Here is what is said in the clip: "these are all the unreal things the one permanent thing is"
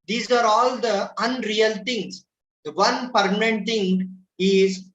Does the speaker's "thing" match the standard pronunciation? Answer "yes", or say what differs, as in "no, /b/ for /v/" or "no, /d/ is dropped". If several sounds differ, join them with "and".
no, /t/ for /θ/